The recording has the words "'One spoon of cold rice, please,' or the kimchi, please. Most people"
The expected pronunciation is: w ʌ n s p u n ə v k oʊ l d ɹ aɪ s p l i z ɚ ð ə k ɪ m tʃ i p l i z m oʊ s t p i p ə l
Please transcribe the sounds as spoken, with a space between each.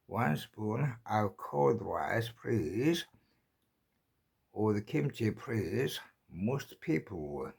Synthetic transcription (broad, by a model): w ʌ n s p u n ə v k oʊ d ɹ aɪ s p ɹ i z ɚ ð ə k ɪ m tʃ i p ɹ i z m oʊ s t p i p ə l